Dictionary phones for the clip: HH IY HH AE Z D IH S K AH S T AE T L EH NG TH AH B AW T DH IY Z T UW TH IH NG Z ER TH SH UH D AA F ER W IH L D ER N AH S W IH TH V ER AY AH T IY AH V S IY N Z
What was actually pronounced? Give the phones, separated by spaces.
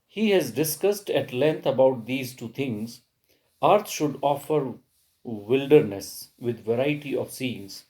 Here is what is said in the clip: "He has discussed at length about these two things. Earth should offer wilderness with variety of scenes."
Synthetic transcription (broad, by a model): HH IY HH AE Z D IH S K AH S T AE T L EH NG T AH B AW T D IY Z T UW T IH NG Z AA T SH UH D AA F ER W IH L D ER N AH S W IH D V ER AY AH T IY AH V S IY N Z